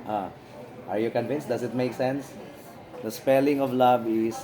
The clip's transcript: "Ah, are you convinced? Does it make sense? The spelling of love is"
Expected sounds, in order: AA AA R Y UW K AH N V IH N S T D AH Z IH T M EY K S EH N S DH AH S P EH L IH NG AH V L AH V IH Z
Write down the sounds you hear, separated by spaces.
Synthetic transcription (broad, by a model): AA AA R Y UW K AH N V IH N S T D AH S IH T M EY K S EH N S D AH S P EH L IH NG AH V L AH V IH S